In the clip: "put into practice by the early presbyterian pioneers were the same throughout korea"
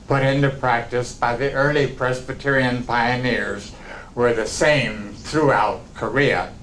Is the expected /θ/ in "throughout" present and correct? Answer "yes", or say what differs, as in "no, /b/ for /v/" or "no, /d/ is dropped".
yes